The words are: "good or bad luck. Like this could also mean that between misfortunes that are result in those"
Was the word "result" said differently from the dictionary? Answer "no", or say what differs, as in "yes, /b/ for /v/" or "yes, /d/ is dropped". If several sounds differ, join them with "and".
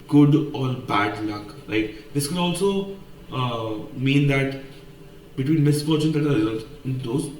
yes, /n/ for /l/